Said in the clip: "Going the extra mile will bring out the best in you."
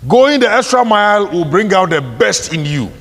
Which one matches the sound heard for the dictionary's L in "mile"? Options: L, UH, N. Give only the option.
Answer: L